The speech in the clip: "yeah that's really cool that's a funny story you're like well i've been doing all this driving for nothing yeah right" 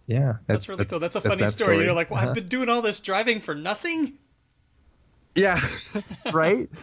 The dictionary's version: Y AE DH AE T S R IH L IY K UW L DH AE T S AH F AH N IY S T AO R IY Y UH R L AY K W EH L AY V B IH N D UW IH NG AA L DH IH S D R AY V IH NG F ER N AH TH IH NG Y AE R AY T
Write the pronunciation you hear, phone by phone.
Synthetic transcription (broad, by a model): Y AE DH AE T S R IH L IY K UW L DH AE T S AH F AH N IY S T AO R IY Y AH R L AY K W AY V B IH N D UW IH NG AA L DH IH S D R AY V IH NG F ER N AH TH IH NG Y AE R AY T